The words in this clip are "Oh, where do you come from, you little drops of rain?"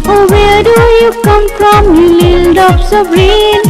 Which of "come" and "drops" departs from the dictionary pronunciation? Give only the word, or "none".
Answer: drops